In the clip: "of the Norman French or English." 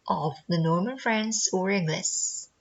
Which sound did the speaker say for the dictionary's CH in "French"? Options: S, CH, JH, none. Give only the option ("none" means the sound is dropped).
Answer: S